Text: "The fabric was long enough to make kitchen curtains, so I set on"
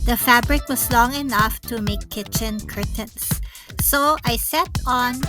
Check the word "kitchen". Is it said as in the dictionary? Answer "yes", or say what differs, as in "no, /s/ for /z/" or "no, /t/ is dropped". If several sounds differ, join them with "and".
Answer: yes